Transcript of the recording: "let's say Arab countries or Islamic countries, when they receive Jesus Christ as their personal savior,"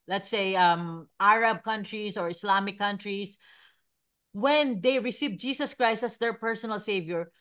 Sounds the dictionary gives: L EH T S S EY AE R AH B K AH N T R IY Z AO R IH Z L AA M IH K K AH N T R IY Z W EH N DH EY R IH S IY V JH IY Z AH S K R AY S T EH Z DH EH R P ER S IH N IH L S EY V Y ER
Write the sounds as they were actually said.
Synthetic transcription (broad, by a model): L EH T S S EY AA R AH B K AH N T R IY S AO R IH S L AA M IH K K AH N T R IY S W EH N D EY R IH S IY V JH IY S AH S K R AY S T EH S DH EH R P ER S IH N IH L S EY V Y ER